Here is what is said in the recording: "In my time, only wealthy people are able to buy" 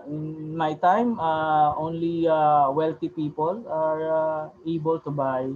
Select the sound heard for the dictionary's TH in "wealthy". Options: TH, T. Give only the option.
T